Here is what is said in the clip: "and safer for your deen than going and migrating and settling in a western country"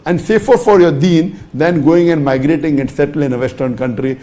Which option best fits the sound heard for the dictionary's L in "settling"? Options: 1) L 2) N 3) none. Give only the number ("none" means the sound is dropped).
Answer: 3